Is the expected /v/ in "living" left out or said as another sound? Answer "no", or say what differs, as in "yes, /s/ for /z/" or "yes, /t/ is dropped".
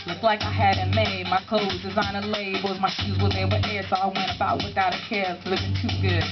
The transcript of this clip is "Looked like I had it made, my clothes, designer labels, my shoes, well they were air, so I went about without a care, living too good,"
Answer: yes, /v/ is dropped